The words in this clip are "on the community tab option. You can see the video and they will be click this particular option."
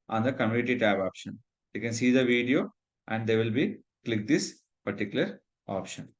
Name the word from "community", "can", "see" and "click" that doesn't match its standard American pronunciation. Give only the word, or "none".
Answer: community